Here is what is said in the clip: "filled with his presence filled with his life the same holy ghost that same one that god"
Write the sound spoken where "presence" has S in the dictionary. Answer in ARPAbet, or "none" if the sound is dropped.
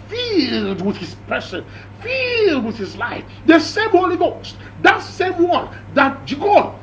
none